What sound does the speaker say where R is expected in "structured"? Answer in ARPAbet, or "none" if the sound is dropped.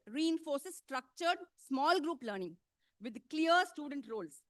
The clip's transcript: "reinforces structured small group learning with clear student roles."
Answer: R